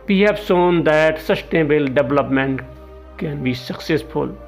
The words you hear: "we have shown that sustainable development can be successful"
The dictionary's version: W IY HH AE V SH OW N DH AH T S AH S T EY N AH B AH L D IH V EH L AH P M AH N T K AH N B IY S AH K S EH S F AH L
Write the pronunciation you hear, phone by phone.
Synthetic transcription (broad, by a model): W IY HH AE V S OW N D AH T S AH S T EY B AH L D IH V L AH P M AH N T K AH N B IY S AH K S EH S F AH L